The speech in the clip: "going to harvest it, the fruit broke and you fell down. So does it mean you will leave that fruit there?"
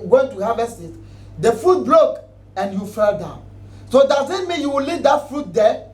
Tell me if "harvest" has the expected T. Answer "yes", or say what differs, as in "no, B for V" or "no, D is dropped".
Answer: no, T is dropped